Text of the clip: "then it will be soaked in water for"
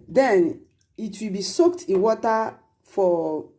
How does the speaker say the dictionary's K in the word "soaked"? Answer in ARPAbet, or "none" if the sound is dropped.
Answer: K